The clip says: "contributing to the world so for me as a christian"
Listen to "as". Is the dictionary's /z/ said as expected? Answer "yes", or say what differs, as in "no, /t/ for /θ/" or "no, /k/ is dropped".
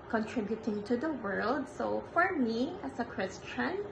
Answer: no, /s/ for /z/